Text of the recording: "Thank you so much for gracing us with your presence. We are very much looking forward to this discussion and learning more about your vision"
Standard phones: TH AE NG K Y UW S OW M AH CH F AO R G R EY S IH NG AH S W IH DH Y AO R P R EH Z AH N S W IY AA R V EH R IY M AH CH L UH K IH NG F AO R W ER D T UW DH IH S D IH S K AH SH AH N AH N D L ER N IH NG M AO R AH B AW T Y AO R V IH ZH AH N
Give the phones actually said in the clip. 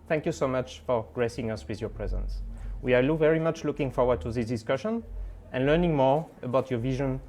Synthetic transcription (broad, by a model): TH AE NG K Y UW S OW M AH CH F AO R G R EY S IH NG AH S W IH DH Y AO R P R EH Z AH N S W IY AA L V EH R IY M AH CH L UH K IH NG F AO R W ER D T UW DH IH S D IH S K AH SH AH N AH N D L ER N IH NG M AO R AH B AW T Y AO R V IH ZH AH N